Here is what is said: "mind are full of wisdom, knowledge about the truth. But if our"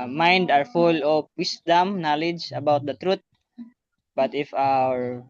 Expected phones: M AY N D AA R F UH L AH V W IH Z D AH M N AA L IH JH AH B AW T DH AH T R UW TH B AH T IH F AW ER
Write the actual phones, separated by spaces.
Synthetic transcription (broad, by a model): M AY N D AA R F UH L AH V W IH S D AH M N AA L IH JH AH B AW T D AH T R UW T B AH T IH F AW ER